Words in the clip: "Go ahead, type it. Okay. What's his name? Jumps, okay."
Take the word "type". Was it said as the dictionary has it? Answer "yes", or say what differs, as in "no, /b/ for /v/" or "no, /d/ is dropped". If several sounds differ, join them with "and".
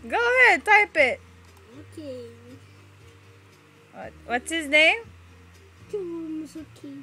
yes